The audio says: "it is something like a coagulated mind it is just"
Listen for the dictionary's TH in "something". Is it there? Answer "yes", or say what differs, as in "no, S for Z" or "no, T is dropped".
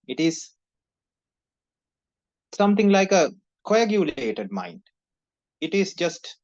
no, T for TH